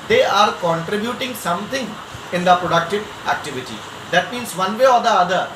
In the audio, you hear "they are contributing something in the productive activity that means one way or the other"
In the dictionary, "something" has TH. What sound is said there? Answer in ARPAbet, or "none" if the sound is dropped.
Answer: T